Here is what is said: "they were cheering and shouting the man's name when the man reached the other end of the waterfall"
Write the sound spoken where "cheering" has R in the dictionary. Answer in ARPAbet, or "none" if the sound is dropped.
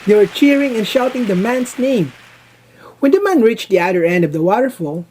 R